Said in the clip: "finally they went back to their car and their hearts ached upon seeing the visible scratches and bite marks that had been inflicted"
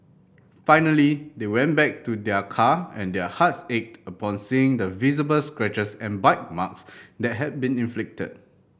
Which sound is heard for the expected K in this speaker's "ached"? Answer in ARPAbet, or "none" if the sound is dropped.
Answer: K